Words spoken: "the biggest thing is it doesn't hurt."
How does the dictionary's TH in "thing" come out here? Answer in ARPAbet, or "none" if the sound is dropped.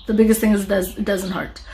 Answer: TH